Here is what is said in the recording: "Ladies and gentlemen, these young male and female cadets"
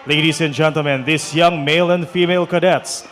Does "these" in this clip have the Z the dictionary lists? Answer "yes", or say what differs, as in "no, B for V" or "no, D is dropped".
no, S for Z